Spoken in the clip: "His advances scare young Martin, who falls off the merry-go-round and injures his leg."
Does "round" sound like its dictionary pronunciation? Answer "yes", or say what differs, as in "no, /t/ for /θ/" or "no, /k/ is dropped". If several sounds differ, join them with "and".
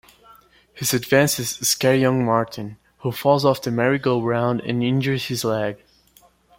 yes